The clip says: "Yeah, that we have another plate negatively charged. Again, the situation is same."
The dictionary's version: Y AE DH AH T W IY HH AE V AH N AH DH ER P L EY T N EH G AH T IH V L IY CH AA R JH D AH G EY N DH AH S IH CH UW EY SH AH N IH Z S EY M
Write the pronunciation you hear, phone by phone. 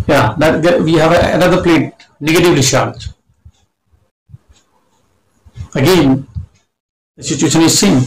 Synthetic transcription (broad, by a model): Y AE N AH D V IY HH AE V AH N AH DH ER P L EY T N EH G AH T IH V L IY SH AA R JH AH G EY N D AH S IH CH UW EY SH AH N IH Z S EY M